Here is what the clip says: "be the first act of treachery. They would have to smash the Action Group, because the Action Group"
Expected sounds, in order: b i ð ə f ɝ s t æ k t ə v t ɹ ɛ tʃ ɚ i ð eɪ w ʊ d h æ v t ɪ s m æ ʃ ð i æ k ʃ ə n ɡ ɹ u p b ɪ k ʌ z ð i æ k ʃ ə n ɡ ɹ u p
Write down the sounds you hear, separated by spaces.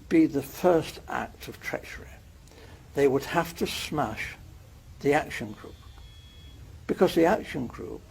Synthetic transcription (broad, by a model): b i ð ə f ɝ s t æ k t ə v t ɹ ɛ tʃ ɚ i ð eɪ w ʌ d h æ f t ɪ s m æ ʃ ð i æ k ʃ ə n ɡ ɹ u p b ɪ k ʌ z ð i æ k ʃ ə n ɡ ɹ u p